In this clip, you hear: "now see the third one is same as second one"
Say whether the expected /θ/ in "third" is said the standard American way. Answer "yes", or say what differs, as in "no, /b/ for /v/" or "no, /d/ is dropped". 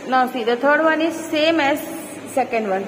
no, /t/ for /θ/